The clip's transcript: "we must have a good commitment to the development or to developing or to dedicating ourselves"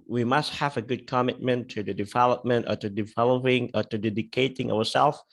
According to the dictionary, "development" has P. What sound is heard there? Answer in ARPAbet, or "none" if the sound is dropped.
P